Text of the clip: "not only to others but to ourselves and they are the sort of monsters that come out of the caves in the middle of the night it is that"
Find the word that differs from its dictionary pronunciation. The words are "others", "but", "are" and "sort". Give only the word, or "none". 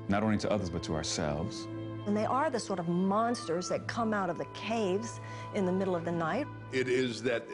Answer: none